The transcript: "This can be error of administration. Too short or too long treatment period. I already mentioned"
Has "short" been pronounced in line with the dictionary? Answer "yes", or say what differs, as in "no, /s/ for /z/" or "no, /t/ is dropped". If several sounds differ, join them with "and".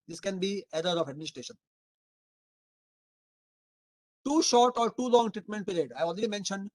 yes